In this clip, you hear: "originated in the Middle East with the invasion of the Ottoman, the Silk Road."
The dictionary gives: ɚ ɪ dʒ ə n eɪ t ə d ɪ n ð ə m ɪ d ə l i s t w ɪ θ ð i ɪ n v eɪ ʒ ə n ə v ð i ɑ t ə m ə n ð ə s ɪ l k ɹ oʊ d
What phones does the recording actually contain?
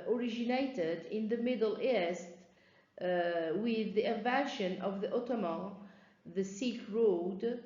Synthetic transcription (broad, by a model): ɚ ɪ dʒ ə n eɪ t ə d ɪ n ð ə m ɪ d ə l i s t w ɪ ð i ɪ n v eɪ ʃ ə n ə v ð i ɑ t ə m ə ð ə s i k ɹ oʊ d